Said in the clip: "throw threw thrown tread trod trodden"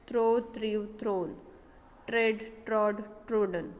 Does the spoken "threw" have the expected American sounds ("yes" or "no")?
no